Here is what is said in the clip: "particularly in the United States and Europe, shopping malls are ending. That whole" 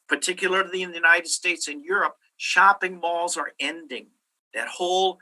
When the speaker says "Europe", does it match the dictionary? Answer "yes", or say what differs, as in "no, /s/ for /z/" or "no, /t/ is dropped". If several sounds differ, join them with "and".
yes